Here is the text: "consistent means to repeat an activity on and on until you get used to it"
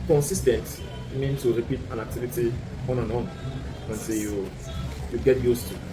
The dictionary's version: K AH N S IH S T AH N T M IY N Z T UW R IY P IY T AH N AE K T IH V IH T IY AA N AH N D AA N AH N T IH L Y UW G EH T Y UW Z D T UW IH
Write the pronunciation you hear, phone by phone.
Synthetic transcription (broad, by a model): K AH N S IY S T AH N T M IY N T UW R IY P IY T AH N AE K T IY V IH T IY AA N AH N AA N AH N S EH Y Y UW G EH T Y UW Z T UW